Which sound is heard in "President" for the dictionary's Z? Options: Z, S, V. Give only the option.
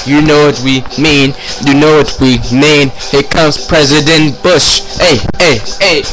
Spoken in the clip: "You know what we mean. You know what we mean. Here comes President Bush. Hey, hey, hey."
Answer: Z